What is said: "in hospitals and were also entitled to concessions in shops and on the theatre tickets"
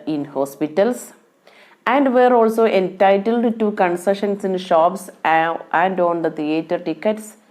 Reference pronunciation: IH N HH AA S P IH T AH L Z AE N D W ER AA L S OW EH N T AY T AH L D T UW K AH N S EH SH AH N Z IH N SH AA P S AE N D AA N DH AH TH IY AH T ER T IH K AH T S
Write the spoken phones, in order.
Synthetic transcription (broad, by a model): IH N HH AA S P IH T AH L S AE N D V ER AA L S OW EH N T AY T AH L D T UW K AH N S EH SH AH N S IH N SH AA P S AE N D AA N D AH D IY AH T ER T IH K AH T S